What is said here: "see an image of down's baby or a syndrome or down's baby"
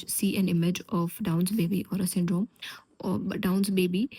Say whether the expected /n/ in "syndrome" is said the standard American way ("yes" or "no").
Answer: yes